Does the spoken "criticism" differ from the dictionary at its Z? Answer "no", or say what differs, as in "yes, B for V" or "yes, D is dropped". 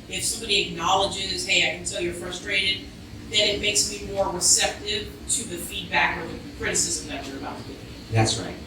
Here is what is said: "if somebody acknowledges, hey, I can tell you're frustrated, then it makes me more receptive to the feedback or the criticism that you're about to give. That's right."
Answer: no